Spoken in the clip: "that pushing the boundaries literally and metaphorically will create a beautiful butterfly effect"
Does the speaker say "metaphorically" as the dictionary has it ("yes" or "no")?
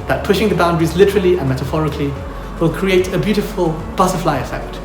yes